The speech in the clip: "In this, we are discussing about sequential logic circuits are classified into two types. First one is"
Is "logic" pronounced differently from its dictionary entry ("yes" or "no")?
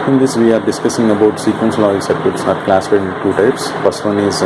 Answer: yes